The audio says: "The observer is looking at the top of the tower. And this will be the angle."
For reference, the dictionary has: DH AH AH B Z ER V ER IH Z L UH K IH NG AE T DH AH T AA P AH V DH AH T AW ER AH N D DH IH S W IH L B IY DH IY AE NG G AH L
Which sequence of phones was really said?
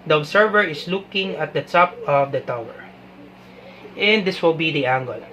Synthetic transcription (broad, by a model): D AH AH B S ER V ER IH S L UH K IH NG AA T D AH T AA P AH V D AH T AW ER AH N D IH S W IH L B IY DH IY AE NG G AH L